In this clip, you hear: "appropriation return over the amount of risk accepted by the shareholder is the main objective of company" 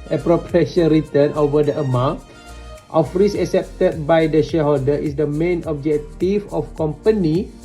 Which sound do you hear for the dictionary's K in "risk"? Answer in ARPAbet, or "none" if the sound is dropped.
none